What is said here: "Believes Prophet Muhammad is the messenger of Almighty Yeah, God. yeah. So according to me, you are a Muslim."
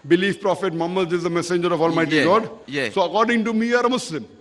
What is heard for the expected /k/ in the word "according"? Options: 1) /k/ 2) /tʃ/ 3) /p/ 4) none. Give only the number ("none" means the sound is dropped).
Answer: 1